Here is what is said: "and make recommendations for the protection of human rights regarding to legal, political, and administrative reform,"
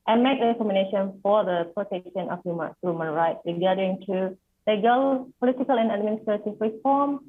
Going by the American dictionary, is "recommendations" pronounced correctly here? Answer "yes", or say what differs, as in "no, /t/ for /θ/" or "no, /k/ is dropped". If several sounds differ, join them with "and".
no, /z/ is dropped